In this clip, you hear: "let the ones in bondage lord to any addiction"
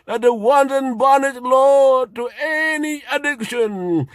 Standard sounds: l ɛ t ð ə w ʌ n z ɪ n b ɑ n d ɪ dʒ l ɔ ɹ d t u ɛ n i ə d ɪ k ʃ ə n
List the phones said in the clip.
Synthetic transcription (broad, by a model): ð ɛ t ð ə w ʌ n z ɪ n b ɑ n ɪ ʃ l ɔ t u ɛ n i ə d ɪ k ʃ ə n